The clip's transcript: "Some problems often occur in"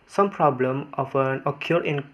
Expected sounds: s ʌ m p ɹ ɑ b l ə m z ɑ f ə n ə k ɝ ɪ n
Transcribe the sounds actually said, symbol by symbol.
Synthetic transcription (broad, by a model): s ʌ m p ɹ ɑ b l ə m ɑ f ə n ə k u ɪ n